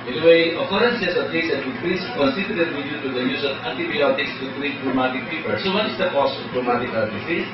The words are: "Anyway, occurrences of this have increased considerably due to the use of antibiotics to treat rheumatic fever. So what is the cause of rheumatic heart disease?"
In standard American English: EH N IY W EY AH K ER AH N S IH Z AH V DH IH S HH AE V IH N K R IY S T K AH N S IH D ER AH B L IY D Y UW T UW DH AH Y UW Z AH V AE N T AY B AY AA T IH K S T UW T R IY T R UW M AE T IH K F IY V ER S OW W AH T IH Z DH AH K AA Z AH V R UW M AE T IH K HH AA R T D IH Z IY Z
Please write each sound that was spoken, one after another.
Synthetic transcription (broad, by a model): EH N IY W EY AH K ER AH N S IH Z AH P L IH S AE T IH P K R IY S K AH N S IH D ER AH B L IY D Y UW T UW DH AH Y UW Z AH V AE N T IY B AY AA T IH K S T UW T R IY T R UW M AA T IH K P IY P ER S OW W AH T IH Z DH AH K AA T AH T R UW M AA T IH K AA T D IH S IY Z